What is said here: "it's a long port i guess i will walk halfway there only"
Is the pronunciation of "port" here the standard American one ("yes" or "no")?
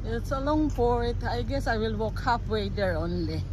no